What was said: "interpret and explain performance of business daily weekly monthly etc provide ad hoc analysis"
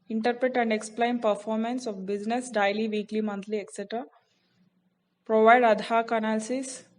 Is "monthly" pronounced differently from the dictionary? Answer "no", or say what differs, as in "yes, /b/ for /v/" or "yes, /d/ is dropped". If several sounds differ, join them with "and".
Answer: yes, /t/ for /θ/